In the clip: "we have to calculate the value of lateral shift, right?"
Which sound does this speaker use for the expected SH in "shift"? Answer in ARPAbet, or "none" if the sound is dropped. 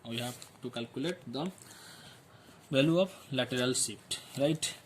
S